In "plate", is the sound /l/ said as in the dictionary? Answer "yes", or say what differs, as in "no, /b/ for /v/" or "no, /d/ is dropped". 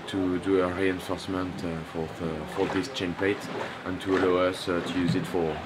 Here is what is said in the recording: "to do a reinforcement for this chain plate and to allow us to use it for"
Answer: no, /l/ is dropped